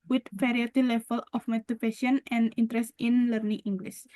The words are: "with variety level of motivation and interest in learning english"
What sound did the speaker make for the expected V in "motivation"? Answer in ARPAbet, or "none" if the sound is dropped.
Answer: P